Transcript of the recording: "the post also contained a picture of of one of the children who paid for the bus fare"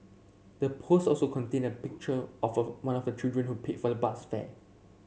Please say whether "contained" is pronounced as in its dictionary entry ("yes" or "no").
no